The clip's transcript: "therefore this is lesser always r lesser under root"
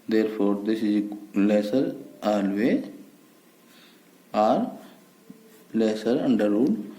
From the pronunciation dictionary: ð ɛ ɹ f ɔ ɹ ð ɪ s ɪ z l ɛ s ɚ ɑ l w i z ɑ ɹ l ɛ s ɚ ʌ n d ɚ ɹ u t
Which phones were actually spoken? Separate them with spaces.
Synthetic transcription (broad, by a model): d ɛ ɹ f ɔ ɹ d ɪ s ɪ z l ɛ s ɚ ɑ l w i ɑ ɹ l ɛ s ɚ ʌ n d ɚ ɹ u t